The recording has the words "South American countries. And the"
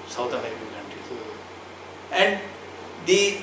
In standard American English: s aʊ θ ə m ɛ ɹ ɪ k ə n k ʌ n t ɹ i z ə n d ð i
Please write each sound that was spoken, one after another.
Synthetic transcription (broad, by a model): s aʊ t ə m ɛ ɹ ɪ k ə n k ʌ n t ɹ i ə n d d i